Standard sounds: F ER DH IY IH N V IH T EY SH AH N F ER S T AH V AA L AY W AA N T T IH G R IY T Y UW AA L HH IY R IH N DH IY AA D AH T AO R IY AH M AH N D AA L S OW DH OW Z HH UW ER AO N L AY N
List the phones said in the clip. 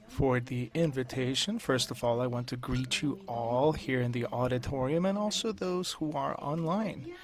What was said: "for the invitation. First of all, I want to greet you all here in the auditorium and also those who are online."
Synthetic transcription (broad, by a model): F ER DH IY IH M V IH T EY SH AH N F ER S T AH V AA L AY W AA N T T IH G R IY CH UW AA L HH IY R IH N DH IY AA D AH T AO R IY AH M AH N AA L S OW DH OW Z HH UW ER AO N L AY N